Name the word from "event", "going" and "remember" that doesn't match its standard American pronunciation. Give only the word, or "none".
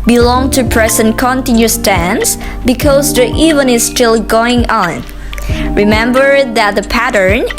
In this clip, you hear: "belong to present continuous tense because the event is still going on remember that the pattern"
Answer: event